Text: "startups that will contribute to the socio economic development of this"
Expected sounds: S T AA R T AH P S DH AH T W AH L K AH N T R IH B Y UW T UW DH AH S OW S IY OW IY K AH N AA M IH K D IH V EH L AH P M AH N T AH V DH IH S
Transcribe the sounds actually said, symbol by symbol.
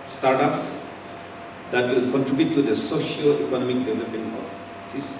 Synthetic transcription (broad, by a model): S T AA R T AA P S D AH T W AH L K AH N T R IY B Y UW T UW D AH S OW SH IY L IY K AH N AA M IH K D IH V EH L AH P AH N AH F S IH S